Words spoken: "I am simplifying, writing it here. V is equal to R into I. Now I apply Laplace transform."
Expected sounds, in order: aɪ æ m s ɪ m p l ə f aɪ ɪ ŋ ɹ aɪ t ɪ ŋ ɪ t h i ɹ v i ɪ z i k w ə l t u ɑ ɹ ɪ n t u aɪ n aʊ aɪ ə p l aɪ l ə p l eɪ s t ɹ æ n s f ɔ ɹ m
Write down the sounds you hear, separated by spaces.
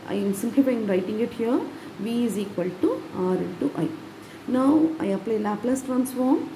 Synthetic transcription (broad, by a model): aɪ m s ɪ m p l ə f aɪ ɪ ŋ ɹ aɪ t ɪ ŋ ɪ t h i ɹ v i ɪ z i k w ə l t u ɑ ɹ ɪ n t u aɪ n aʊ aɪ ə p l aɪ l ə p l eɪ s t ɹ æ n s f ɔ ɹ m